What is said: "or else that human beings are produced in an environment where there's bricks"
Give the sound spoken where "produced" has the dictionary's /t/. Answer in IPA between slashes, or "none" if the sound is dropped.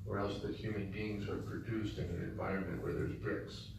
/t/